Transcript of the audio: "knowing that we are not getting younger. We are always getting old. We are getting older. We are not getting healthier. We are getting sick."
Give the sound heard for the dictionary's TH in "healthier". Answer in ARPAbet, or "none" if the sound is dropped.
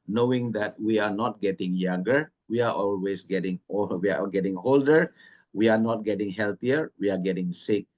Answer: T